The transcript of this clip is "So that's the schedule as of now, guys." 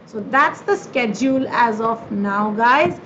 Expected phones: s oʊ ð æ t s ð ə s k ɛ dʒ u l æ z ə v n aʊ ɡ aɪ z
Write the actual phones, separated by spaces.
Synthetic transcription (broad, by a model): s oʊ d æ t s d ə s k ɛ dʒ u l æ z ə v n aʊ ɡ aɪ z